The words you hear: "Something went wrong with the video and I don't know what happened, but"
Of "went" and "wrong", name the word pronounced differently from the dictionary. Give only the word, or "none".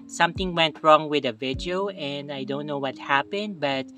none